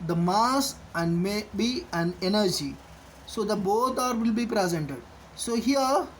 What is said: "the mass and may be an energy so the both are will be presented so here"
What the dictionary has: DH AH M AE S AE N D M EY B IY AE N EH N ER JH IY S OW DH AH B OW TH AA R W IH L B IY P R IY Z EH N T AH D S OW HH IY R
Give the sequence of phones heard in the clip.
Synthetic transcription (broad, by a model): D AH M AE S AE N D M EY B IY AE N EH N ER JH IY S OW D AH B OW T AA R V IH L B IY P R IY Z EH N T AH D S OW HH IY R